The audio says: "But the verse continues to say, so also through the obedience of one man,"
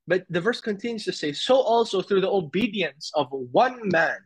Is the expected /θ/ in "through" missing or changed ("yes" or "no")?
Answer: no